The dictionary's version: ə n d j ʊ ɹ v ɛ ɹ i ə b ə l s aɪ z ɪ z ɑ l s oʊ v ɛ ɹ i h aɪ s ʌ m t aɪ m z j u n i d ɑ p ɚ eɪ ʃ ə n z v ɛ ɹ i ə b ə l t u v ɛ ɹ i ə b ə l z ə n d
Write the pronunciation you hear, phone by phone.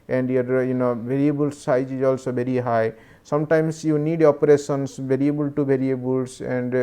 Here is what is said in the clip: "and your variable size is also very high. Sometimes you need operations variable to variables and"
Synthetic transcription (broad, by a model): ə n d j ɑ ɹ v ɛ ɹ i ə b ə l s aɪ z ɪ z ɑ l s oʊ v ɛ ɹ i h aɪ s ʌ m t aɪ m s j u n i d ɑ p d eɪ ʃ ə n s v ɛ ɹ i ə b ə l t u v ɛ ɹ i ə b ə l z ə n d